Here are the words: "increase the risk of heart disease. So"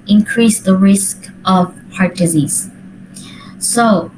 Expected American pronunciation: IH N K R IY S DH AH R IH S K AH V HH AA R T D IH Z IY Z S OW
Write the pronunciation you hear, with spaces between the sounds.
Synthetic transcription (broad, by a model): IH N K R IY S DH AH R IH S K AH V HH AA R T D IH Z IY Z S OW